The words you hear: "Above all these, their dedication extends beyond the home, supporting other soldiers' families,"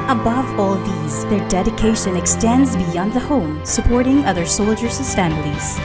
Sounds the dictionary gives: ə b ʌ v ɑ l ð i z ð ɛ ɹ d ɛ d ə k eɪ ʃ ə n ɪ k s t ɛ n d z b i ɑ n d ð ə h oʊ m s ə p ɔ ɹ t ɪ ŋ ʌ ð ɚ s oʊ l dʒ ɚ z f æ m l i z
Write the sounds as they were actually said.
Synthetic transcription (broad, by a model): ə b ʌ v ɑ l ð i z ð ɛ ɹ d ɛ d ə k eɪ ʃ ə n ɪ k s t ɛ n d z b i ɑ n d ð ə h oʊ m s ə p ɔ ɹ t ɪ ŋ ʌ ð ɚ s oʊ l dʒ ɚ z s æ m l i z